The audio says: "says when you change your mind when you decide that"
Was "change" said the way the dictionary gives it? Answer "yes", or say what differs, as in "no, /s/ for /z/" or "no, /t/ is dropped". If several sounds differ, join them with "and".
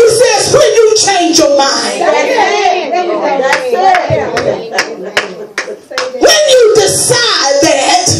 yes